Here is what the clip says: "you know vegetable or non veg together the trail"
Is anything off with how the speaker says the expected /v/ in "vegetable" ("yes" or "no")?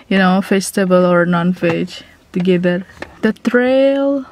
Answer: yes